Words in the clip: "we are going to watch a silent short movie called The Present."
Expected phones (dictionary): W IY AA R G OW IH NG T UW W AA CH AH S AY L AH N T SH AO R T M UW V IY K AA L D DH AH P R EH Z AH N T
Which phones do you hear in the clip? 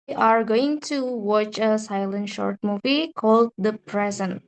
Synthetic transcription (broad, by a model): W AA R G OW IH NG T UW W AA CH AH S AY L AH N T SH AO R T M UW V IY K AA L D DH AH P R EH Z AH N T